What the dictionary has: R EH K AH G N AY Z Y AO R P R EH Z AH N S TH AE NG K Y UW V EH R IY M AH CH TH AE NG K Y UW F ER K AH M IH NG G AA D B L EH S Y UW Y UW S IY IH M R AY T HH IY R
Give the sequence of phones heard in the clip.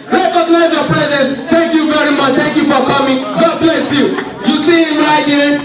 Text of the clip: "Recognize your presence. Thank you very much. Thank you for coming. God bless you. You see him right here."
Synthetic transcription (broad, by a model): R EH K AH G N AY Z Y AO P R EH Z AH N S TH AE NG K Y UW V EH R IY M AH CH T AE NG K Y UW F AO K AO M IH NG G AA B L EH S Y UW Y UW S IY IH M AY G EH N